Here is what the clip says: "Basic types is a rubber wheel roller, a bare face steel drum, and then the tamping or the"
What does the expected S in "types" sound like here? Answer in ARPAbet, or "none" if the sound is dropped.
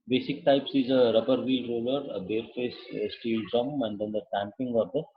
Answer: S